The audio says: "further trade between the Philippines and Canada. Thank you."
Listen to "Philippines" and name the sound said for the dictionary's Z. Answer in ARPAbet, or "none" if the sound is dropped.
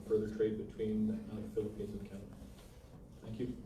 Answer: Z